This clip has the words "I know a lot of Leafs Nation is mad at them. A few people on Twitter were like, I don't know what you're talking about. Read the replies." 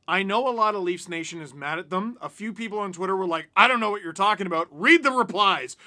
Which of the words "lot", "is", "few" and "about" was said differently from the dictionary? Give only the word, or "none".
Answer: none